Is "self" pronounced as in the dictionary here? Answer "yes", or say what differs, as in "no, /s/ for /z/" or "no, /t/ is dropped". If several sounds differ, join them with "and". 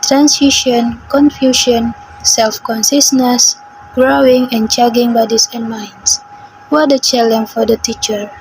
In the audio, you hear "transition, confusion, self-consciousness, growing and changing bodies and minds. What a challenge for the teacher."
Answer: yes